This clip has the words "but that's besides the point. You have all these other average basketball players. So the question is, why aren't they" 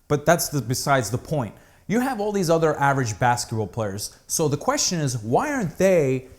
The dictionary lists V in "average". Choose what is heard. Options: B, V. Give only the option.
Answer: V